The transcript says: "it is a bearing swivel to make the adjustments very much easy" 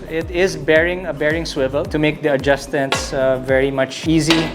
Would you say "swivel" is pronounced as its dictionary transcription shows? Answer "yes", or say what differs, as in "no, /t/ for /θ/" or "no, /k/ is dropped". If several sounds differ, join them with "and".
yes